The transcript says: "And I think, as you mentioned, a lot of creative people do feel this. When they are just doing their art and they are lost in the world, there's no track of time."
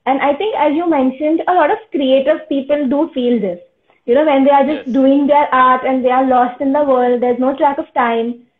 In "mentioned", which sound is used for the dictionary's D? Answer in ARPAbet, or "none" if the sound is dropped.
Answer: D